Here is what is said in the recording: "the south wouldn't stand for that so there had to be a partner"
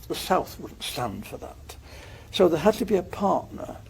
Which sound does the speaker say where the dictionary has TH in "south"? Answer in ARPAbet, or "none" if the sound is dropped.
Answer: TH